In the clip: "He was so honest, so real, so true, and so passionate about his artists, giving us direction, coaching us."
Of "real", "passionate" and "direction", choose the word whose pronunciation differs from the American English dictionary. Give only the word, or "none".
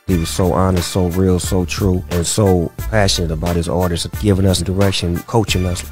none